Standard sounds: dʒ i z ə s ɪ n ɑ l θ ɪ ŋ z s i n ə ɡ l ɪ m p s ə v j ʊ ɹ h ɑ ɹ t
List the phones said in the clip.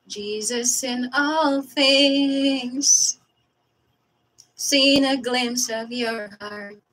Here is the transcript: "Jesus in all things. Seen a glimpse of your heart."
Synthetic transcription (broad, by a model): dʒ i z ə s ɪ n ɑ l θ ɪ ŋ z s i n ə ɡ l ɪ m p s ə v j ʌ ɹ h ɑ ɹ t